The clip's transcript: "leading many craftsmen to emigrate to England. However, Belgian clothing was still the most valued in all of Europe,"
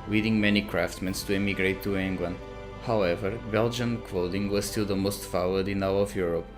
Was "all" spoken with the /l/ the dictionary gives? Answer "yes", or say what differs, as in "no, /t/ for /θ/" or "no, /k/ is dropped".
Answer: no, /w/ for /l/